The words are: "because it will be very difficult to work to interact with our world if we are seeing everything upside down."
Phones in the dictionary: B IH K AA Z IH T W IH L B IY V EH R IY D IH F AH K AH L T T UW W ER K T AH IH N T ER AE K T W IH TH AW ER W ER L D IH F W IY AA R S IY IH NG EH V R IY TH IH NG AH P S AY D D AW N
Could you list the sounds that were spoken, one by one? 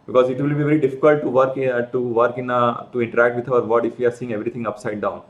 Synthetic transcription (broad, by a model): B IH K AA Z IH T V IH L B IY V EH R IY D IH F AH K AH L T T UW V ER K T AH IH N T ER AE K T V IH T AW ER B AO D IH F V IY AA R S IY IH NG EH V R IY T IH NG AH P S AY D D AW N